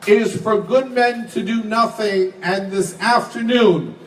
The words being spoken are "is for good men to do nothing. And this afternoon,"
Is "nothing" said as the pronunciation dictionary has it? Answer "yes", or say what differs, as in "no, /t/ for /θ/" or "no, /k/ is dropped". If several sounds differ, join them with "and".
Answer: yes